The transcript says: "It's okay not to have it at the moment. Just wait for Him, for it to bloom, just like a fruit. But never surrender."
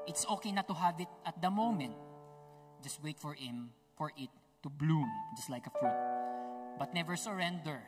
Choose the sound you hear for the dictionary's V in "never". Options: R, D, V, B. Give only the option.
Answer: V